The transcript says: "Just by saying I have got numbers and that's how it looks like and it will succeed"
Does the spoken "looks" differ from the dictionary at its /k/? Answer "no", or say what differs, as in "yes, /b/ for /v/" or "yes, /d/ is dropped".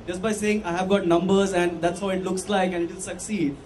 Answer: no